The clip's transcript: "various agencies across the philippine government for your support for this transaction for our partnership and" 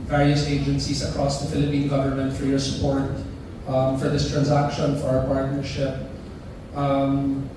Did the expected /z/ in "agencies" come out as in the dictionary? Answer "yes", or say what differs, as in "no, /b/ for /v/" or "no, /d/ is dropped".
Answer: no, /s/ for /z/